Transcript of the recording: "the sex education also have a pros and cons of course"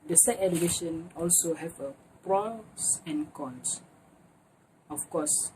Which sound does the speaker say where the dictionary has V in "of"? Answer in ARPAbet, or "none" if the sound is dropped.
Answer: F